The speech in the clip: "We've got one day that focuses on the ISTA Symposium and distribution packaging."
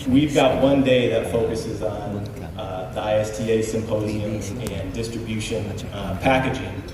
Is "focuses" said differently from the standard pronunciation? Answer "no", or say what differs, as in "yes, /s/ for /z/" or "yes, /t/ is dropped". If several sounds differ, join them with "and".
no